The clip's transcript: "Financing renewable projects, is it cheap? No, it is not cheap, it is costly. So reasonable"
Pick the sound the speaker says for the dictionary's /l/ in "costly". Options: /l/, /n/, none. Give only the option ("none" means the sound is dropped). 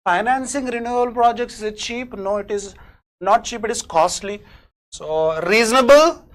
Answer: /l/